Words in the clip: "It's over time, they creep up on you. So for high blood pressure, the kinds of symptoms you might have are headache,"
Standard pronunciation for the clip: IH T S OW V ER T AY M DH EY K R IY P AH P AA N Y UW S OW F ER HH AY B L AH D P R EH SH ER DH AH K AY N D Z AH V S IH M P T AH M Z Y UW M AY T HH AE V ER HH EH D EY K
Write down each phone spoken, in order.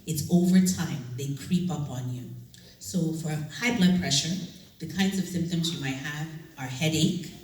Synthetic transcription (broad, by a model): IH T S OW V ER T AY M DH EY K R IY P AH P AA N Y UW S OW F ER HH AY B L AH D P R EH SH ER DH AH K AY N D Z AH V S IH M P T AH M Z Y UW M AY T HH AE V ER HH EH D EY K